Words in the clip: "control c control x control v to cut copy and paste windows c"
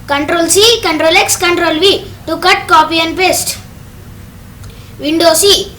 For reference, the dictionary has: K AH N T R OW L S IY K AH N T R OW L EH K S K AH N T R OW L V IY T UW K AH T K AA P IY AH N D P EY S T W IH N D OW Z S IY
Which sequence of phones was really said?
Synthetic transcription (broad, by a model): K AH N T R OW L S IY K AH N T R OW L EH K S K AH N T R OW L V IY T UW K AH T K AA P IY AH N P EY S T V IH N D OW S IY